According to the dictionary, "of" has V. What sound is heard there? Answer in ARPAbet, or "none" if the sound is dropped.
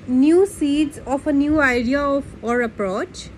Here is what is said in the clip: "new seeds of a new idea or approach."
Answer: P